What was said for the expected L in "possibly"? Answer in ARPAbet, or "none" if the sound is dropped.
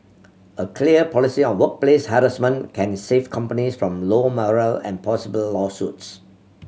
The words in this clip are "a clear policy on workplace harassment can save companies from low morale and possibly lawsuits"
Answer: none